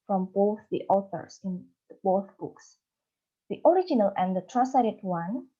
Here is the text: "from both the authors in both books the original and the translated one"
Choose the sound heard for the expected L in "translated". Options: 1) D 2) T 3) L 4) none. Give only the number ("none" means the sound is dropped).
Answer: 4